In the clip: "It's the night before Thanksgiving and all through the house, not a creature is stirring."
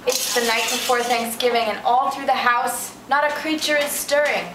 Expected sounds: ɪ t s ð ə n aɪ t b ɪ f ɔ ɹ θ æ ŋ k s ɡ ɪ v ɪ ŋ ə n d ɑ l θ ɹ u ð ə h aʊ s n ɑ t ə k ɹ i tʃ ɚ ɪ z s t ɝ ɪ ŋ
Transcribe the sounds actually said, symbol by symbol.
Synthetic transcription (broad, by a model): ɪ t s ð ə n aɪ t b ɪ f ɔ ɹ θ æ ŋ k s ɡ ɪ v ɪ ŋ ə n ɑ l θ ɹ u ð ə h aʊ s n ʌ t ə k ɹ i tʃ ɚ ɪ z s t ɝ ɪ ŋ